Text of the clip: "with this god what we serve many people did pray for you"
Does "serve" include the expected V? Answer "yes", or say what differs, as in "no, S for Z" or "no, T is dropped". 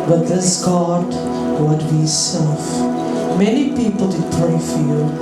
no, F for V